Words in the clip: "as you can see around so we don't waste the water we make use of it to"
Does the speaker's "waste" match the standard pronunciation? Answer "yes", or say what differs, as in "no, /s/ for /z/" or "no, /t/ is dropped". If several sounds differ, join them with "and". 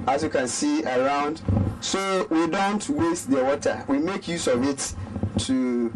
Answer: yes